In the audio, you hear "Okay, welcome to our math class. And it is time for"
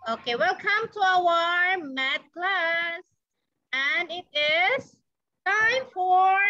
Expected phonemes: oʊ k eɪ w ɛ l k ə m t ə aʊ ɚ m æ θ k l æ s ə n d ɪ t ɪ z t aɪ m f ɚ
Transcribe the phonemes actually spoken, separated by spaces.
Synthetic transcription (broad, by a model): oʊ k eɪ w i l k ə m t ə aʊ ɚ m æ t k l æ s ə n ɪ t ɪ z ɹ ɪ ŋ f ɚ